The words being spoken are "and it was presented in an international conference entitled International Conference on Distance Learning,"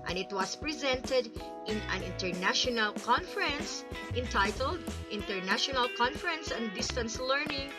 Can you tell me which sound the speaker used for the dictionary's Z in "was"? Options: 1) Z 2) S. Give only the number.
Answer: 2